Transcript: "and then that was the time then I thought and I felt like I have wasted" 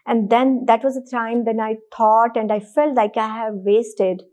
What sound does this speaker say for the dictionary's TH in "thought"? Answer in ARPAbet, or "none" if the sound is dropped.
T